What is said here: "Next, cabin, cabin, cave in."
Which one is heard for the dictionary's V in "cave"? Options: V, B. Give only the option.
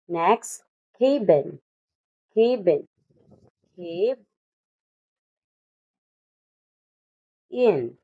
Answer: B